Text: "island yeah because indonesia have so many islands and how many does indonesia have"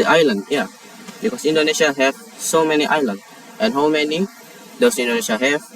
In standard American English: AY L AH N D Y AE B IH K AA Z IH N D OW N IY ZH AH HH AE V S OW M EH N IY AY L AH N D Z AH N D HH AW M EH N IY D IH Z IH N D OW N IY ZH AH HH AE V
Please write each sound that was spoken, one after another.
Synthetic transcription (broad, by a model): AY L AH N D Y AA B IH K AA S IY N D OW N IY SH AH HH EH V S OW M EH N IY AY L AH N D AH N HH AW M EH N IY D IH S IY N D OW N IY SH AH HH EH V